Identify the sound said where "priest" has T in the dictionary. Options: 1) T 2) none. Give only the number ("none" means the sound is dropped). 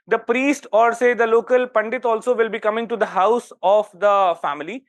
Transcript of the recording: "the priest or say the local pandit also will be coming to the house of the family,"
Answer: 1